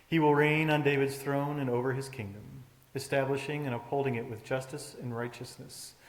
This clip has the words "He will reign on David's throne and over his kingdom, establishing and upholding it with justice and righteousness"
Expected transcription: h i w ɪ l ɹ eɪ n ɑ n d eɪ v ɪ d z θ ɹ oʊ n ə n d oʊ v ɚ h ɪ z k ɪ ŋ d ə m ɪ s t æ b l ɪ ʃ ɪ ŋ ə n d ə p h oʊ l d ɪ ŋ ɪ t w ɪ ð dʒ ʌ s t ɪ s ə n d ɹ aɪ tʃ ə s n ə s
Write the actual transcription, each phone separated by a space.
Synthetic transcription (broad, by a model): h i w ɪ l ɹ eɪ n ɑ n d eɪ v ɪ d z θ ɹ oʊ n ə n oʊ v ɚ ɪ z k ɪ ŋ d ə m ɪ s t æ b l ɪ ʃ ɪ ŋ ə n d ə p h oʊ l d ɪ ŋ ɪ t w ɪ ð dʒ ʌ s t ɪ s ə n ɹ aɪ tʃ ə s n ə s